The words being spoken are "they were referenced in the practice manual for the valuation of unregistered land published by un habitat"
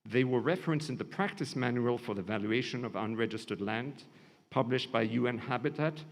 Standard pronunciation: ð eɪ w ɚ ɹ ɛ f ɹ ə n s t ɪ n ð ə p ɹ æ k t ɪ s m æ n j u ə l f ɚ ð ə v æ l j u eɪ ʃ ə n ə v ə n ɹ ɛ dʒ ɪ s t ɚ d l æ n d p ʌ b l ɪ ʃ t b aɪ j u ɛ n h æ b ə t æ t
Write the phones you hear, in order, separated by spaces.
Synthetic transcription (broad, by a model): ð eɪ w ɚ ɹ ɛ f ɹ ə n s ɪ n ð ə p ɹ æ k t ɪ s m æ n j u ə l f ɚ ð ə v æ l j u eɪ ʃ ə n ə v ə n ɹ ɛ dʒ ɪ s t ɚ d l æ n d p ʌ b l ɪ ʃ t b aɪ j u ɛ n h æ b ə t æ t